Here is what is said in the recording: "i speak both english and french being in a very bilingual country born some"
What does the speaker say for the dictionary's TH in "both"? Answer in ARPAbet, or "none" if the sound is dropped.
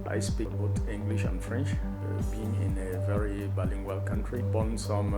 T